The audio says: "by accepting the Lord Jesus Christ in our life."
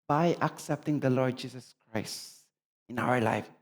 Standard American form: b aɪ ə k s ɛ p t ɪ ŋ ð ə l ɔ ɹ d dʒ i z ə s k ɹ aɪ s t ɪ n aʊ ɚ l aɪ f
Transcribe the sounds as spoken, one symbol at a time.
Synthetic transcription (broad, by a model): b aɪ ə k s ɛ p t ɪ ŋ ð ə l ɔ ɹ d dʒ i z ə s k ɹ aɪ s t ɪ n aʊ ɚ l aɪ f